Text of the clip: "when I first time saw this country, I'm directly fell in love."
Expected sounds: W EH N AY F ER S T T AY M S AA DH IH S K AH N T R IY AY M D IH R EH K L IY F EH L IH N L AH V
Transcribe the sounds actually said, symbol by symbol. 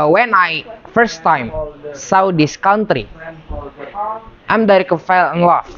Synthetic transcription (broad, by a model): W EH N AY F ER S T T AY M S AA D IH S K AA N T R IY AY M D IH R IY K IY F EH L IH N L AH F